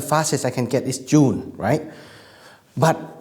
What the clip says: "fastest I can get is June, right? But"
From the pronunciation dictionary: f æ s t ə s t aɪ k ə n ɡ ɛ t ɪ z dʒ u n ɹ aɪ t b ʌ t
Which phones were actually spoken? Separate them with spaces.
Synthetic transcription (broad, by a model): f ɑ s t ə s aɪ k ə n ɡ ɛ t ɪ s dʒ u n ɹ aɪ t b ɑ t